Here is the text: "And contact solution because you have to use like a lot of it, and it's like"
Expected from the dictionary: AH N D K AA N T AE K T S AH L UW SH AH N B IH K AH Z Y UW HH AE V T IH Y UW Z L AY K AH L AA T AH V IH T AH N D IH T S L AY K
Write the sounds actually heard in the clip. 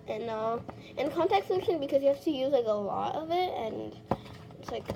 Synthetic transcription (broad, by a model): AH N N K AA N T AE K S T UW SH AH B IH K AH Z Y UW HH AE F T IH Y UW Z L AY K AH L AA T AH V IH T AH N IH T S L AY K